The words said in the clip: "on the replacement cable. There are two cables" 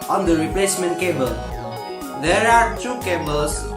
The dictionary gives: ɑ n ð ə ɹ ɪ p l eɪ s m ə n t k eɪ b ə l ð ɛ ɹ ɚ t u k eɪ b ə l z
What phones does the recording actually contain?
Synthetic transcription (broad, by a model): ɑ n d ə ɹ ɪ p l eɪ s m ə n t k eɪ b ə l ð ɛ ɹ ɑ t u k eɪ b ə l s